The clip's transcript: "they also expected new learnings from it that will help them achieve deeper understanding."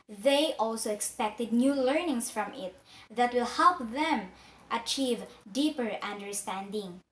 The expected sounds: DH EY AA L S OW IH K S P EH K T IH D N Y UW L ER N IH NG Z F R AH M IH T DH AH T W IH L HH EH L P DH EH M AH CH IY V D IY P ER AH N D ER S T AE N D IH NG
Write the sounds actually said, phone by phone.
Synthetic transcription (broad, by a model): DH EY AA L S OW IH K S P EH K T IH D N Y UW L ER N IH NG S F R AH M IH T DH AH T W IH L HH EH L P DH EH M AH CH IY V D IY P ER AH N D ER S T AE N D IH NG